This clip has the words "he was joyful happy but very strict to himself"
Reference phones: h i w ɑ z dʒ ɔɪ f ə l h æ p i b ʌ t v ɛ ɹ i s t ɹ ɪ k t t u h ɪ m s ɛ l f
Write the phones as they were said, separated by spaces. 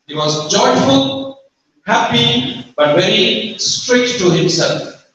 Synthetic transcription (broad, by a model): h i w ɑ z dʒ ɔɪ f ə l h æ p i b ʌ t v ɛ ɹ i s t ɹ ɪ k t t u h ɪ m s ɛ l f